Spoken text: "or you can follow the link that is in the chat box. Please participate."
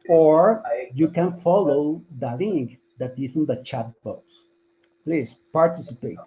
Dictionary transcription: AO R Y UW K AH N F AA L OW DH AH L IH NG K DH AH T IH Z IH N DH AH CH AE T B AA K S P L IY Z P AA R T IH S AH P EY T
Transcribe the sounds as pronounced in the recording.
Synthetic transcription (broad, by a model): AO R Y UW K AH N F AA L OW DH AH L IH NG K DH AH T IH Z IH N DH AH CH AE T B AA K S P L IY S P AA R T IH S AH P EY T